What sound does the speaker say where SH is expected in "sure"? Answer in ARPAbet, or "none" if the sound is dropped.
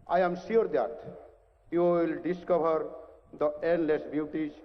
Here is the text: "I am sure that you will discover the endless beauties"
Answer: S